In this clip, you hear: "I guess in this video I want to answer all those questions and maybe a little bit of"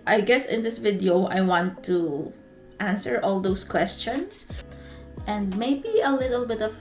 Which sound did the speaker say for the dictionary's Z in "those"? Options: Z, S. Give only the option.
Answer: S